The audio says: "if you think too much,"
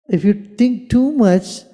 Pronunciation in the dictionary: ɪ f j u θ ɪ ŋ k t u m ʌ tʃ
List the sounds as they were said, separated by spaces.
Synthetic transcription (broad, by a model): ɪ f j u t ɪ ŋ k t u m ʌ tʃ